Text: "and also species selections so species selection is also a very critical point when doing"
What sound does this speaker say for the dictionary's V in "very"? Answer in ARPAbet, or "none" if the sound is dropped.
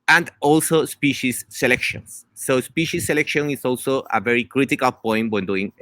V